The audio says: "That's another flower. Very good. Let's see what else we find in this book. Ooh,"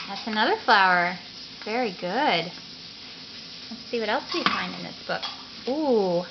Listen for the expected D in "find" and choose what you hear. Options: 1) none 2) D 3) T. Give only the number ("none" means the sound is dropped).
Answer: 2